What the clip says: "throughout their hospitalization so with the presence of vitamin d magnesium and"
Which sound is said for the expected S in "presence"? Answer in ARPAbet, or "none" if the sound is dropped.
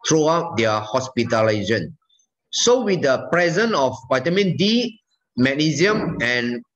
none